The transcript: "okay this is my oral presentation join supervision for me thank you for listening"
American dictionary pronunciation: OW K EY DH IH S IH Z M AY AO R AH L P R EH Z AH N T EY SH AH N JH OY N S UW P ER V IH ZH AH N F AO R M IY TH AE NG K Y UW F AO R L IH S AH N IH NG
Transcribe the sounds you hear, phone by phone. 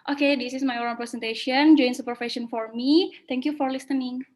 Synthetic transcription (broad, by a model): OW K EY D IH S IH S M AY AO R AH N P R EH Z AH N T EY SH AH N JH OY N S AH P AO F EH SH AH N F AO R M IY T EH NG K Y UW F AO R L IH S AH N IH NG